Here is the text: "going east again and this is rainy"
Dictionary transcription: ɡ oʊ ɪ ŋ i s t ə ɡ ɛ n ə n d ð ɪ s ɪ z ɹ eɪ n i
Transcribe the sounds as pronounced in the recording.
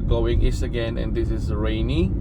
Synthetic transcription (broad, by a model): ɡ oʊ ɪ ŋ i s ə ɡ ɛ n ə n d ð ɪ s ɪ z ɹ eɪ n i